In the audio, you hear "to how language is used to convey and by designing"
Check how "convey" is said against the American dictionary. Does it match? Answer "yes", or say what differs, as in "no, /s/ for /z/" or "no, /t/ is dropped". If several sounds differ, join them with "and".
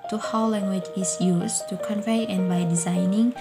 yes